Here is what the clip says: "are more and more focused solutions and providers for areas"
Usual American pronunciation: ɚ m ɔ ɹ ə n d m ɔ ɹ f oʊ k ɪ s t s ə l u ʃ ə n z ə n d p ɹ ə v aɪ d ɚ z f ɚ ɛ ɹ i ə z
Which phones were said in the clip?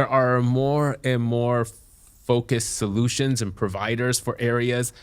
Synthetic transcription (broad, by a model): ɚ m ɔ ɹ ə n m ɔ ɹ f oʊ k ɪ s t s ə l u ʃ ə n z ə n p ɹ ə v aɪ d ɚ z f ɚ ɛ ɹ i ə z